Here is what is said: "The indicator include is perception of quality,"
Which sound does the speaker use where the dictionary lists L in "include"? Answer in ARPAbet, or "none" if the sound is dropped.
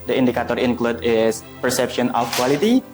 L